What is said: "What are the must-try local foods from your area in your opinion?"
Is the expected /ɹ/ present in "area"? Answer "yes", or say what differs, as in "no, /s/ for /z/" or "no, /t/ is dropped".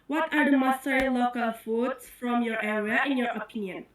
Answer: no, /w/ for /ɹ/